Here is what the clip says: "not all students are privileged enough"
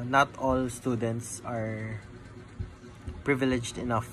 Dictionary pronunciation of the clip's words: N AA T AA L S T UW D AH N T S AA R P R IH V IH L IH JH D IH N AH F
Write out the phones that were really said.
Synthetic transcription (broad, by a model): N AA T AA L S T UW D AH N T S AA R P R IH V IH L IH JH D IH N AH F